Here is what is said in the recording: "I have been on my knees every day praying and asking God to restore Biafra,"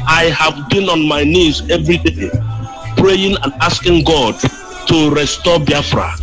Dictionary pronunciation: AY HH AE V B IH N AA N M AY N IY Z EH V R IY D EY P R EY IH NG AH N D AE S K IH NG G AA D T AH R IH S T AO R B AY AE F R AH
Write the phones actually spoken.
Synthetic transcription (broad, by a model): AY HH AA V B IH N AA N M AY N IY Z EH V R IY D EY P R EY IH NG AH N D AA S K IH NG G AA D T AH R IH S T AO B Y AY F R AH